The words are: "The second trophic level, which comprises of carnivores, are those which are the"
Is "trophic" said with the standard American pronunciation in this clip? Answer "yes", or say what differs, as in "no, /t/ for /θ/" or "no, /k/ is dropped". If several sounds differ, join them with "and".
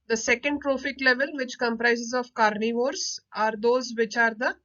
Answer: yes